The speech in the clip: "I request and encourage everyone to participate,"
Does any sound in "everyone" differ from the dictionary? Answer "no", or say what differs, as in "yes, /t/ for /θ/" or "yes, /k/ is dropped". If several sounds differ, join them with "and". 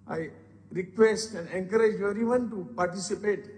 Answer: yes, /v/ is dropped